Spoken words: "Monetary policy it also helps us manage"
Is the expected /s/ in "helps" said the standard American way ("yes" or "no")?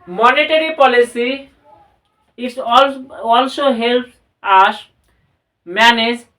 no